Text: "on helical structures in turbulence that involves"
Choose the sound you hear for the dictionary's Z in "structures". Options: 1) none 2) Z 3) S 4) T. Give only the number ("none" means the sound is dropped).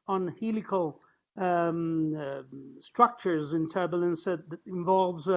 2